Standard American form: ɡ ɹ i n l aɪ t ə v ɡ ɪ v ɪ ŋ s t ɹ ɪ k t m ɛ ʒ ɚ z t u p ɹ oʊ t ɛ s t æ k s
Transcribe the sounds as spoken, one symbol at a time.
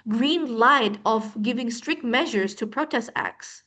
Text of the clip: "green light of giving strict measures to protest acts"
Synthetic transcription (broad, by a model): ɡ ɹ i n l aɪ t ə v ɡ ɪ v ɪ ŋ s t ɹ ɪ k t m ɛ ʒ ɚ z t u p ɹ oʊ t ɛ s t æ k s